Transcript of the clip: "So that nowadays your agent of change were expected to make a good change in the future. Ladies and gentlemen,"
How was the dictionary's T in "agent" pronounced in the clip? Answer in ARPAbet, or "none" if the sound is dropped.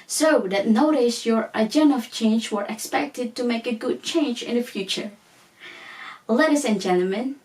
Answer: none